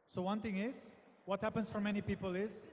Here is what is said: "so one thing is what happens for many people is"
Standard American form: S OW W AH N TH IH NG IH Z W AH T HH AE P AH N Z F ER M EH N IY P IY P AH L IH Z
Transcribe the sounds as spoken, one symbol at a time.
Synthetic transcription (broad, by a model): S OW W AH N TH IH NG IH Z W AH T HH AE P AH N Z F ER M EH N IY P IY P AH L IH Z